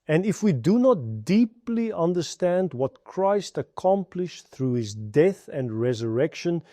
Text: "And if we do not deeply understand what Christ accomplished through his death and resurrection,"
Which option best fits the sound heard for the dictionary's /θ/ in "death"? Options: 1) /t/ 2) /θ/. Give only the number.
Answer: 2